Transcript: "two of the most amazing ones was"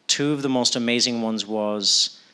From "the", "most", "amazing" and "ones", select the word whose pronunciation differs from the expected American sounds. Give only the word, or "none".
none